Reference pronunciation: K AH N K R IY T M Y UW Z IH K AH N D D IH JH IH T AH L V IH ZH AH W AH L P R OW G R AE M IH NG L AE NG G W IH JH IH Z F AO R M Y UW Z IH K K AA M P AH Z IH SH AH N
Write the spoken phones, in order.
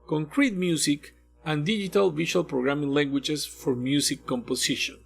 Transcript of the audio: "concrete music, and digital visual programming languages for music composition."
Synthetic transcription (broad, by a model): K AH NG K R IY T M Y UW S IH K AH N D D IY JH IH T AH L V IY SH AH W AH L P R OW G R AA M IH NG L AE NG G W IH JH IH S F AO R M Y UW S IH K K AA M P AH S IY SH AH N